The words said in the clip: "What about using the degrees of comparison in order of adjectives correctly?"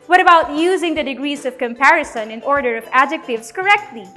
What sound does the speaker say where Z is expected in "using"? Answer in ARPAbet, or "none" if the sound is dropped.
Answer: Z